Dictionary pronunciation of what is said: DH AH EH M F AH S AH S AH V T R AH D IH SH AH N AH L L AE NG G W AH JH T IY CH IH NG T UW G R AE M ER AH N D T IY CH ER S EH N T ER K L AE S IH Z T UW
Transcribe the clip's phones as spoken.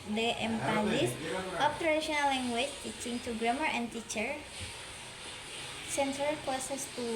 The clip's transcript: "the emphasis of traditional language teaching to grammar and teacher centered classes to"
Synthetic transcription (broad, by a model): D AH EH M P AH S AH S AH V T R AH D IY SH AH N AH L L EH NG G W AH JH T IY CH IH NG T UW G R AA M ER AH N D T IY CH ER S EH N S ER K AO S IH S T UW